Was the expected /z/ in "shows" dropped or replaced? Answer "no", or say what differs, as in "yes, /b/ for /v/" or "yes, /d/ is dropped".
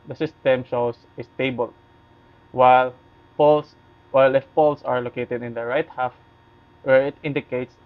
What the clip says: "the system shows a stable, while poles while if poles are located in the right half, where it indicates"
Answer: yes, /s/ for /z/